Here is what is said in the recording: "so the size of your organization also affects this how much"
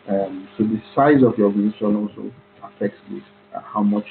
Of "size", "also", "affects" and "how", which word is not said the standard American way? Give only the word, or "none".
none